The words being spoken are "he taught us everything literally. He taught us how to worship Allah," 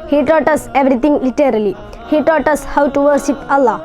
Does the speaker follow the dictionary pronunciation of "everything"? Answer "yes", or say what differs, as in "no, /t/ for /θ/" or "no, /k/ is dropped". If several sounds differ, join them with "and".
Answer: no, /t/ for /θ/